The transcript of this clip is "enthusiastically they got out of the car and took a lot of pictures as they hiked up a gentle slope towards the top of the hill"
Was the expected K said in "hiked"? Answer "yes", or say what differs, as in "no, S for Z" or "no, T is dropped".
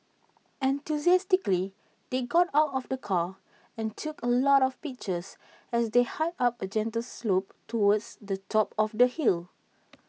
no, K is dropped